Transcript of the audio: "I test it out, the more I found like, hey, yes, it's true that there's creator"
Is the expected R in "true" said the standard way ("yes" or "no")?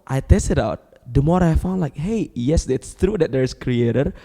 yes